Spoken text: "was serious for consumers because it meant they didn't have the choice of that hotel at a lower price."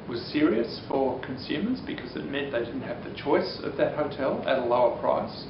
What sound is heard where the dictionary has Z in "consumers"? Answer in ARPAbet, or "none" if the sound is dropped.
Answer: Z